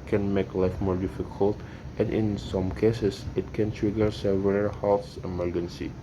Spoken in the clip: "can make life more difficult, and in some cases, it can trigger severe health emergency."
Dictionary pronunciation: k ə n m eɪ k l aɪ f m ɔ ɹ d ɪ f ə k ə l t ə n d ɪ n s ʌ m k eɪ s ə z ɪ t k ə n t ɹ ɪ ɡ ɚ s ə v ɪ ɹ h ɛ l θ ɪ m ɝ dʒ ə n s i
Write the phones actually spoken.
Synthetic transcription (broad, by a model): k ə n m eɪ k l aɪ f m ɔ ɹ d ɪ f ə k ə l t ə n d ɪ n s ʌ m k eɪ s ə s ɪ t k ə n t ɹ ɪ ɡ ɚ s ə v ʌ l h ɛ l s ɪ m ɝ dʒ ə n s i